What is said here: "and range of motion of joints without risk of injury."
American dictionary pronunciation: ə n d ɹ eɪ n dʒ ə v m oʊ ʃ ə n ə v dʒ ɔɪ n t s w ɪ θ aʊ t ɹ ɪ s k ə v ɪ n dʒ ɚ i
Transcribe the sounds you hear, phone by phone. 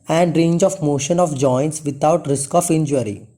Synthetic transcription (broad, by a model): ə n d ɹ eɪ n dʒ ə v m oʊ ʃ ə n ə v dʒ ɔɪ n t s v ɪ t aʊ t ɹ ɪ s k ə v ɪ n dʒ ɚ i